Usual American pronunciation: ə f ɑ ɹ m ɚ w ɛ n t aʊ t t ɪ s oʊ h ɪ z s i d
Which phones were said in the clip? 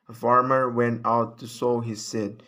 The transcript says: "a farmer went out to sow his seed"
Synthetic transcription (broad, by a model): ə f ɑ ɹ m ɚ w ɛ n t aʊ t t ɪ s oʊ h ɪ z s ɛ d